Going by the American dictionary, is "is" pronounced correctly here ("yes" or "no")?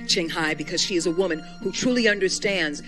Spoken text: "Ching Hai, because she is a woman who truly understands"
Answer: yes